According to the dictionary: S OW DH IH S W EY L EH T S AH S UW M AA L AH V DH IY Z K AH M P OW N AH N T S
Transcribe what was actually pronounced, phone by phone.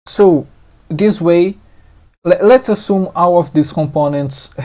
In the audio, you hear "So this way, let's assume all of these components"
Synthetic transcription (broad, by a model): S OW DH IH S W EY L EH T S AH S UW M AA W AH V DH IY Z K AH M P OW N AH N T S